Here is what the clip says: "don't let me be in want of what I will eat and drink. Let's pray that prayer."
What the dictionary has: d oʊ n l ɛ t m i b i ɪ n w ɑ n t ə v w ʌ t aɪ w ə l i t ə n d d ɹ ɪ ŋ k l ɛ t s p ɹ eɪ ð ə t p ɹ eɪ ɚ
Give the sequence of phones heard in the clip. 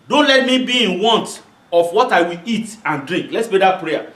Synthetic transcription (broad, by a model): d oʊ n l ɛ t m i b i ɪ n w ɑ n t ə f w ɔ t aɪ w ə l i t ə n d d ɹ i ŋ k l ɛ t s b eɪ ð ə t p ɹ eɪ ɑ